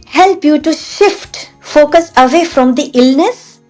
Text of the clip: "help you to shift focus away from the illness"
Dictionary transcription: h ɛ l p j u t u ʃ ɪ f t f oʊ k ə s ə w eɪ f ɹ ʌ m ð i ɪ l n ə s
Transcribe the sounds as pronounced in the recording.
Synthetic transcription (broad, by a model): h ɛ l p j u t u ʃ ɪ f t f oʊ k ə s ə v eɪ f ɹ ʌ m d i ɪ l n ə s